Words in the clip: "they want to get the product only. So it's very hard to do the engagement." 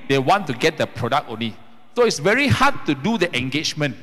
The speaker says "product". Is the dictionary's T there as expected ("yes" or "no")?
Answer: no